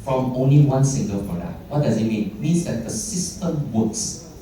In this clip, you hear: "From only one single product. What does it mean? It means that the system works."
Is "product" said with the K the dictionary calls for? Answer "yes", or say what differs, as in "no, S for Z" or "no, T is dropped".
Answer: no, K is dropped